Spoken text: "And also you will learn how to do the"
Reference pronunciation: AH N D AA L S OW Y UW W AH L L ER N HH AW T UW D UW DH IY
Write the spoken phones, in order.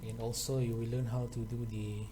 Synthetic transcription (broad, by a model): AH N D AA L S OW Y UW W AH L L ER N HH AW T UW D UW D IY